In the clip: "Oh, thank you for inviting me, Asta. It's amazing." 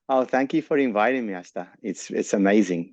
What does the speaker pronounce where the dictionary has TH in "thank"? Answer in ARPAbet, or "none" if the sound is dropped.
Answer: TH